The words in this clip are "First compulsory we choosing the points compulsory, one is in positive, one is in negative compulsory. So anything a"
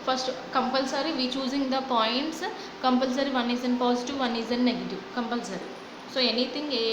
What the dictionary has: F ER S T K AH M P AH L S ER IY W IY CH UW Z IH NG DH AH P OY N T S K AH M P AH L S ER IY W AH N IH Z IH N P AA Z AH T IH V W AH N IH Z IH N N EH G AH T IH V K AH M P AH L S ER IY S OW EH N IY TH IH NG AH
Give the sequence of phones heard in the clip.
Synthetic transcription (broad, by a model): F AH S T K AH M P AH L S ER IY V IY CH UW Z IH NG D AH P OY N T S K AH M P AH L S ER IY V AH N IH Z IH N P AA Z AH T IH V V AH N IH Z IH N N EH G AH T IH V K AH M P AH L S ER IY S OW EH N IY T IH NG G